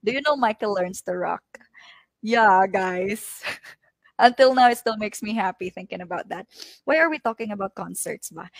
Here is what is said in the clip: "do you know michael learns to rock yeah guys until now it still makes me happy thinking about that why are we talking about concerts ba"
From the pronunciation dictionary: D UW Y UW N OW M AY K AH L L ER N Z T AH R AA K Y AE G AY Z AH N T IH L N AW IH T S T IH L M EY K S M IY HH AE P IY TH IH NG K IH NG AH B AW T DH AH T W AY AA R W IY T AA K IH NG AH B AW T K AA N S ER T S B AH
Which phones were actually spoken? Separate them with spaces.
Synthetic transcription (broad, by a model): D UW Y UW N OW M AY K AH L L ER N S T AH R AA K Y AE G AY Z AH N T IH L N AW IH T S T IH L M EY K S M IY HH AE P IY TH IH NG K IH NG AH B AW T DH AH T W AY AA R W IY T AA K IH NG AH B AW T K AA N S ER T S B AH